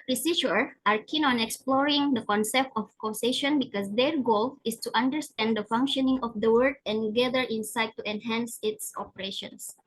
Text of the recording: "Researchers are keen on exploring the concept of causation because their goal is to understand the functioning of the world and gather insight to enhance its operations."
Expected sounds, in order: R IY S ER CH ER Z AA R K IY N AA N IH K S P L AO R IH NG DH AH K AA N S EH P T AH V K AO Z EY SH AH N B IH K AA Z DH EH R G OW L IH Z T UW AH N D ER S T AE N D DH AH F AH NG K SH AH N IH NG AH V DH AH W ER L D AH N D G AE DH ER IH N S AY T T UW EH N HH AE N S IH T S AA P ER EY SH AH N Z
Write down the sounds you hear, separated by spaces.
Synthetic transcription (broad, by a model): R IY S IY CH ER AA R K IY N AA N IH K S P L AO R IH NG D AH K AA N S EH P T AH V K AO S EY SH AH N B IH K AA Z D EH R G OW L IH S T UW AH N D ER S T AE N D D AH F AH NG K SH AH N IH NG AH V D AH W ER D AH N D G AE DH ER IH N S AY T T UW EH N HH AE N S IH T S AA P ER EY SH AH N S